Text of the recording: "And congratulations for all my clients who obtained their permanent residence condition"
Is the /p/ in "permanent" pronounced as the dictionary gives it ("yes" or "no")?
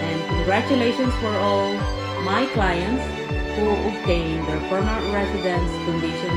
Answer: no